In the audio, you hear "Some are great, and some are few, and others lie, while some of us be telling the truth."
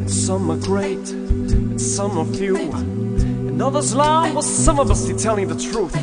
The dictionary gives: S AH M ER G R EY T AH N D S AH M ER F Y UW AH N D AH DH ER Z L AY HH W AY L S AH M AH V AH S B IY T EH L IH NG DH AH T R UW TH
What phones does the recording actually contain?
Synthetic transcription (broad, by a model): S AH M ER G R EY T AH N S AH M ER F Y UW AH N AH DH ER Z L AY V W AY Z S AH M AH B AH S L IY T EH L IH NG DH AH T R UW TH